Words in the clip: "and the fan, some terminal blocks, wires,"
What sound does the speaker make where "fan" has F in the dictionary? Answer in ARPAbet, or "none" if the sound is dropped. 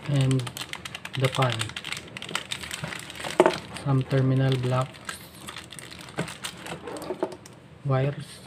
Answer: P